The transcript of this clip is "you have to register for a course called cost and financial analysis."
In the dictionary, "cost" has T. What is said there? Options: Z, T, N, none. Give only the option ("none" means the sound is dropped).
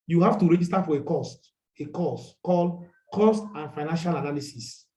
T